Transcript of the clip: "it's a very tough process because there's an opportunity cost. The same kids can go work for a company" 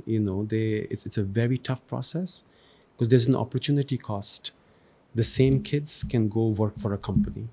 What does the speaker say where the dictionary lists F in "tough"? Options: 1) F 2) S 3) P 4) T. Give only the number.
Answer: 1